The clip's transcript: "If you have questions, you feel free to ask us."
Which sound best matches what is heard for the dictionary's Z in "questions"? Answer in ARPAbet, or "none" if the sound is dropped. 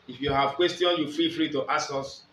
none